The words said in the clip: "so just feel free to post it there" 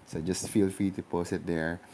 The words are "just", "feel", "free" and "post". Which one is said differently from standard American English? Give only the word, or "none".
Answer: post